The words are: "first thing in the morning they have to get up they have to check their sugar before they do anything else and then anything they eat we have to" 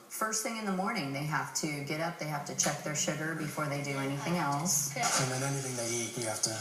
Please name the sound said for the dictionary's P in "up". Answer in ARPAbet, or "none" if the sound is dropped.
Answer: P